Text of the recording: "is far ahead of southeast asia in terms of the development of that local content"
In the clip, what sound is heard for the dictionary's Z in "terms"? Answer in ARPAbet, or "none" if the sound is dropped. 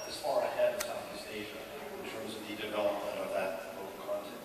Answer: Z